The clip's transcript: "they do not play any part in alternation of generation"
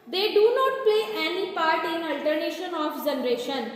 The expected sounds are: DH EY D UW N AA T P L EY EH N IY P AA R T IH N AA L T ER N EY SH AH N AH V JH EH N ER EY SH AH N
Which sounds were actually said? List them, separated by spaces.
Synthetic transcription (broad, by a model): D EY D UW N AA T P L EY EH N IY P AA R T IH N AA L T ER N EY SH AH N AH F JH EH N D EY SH AH N